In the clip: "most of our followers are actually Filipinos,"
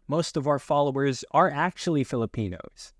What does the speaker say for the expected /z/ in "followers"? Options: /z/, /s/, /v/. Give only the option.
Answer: /z/